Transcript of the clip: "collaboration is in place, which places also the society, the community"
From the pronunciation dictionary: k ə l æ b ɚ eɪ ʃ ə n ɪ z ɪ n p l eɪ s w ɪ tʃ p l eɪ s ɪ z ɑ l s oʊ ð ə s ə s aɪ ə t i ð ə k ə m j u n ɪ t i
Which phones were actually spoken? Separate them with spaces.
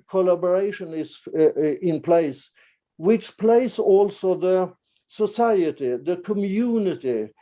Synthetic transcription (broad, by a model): k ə l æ b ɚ eɪ ʃ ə n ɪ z ɪ n p l eɪ s w ɪ tʃ p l eɪ ɪ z ɑ l s oʊ ð ə s ə s aɪ ə t i ð ə k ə m j u n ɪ t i